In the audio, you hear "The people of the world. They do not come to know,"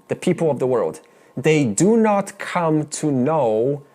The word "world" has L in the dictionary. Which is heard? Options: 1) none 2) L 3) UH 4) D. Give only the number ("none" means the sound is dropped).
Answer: 2